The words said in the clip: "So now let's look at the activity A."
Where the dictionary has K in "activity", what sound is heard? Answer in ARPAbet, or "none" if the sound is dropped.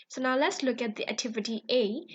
K